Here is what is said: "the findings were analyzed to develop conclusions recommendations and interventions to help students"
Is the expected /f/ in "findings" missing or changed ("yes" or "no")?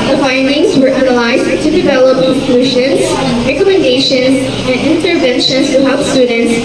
no